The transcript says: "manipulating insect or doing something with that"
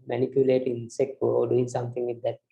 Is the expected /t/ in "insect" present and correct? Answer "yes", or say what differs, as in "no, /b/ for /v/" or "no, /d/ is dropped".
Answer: no, /t/ is dropped